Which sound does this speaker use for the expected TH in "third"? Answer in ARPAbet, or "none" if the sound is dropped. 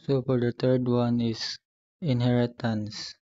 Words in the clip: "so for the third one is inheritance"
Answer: T